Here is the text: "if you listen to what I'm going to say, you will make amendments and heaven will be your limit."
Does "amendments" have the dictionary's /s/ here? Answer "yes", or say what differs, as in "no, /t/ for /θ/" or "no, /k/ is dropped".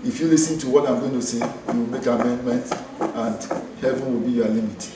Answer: no, /s/ is dropped